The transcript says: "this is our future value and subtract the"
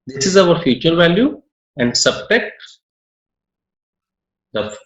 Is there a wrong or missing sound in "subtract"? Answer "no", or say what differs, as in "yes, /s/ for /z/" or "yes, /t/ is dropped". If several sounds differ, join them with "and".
yes, /ɹ/ is dropped